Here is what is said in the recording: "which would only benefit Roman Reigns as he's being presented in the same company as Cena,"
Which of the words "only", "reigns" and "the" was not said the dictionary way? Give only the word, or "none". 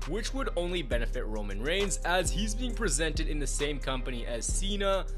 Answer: none